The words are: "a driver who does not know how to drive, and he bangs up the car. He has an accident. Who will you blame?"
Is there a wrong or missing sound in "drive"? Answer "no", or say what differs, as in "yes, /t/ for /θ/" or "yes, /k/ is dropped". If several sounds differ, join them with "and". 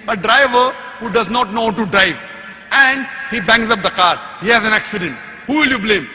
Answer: no